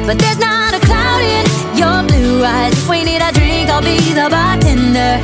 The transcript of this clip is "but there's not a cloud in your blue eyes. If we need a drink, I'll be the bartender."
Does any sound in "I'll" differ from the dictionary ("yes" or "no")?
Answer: no